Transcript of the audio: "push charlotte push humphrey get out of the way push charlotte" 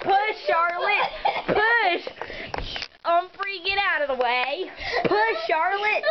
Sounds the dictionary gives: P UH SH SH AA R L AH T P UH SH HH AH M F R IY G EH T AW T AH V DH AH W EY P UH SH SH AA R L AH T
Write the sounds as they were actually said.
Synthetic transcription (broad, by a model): P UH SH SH AA R L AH T P UH SH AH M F R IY G EH T AW T AH V DH AH W EY P UH SH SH AA R L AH T